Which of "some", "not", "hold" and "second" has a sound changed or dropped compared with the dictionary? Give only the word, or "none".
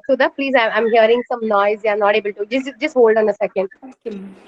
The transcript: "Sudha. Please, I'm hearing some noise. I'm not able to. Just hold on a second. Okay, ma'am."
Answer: none